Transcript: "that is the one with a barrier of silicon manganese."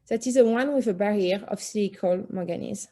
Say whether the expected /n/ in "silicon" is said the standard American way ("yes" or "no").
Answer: no